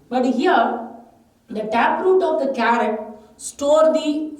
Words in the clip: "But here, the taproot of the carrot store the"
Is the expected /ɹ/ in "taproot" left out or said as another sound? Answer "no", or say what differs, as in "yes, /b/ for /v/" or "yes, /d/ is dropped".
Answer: no